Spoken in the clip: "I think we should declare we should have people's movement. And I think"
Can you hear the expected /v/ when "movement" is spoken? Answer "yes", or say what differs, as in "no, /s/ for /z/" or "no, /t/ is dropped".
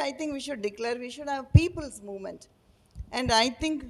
yes